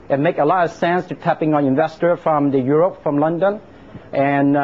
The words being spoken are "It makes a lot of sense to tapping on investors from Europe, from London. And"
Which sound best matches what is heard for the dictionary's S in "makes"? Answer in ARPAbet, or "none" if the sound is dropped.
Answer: none